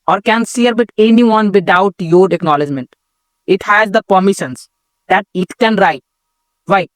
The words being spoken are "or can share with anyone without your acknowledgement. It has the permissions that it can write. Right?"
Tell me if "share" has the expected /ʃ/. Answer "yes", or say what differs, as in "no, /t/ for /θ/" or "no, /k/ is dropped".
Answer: no, /s/ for /ʃ/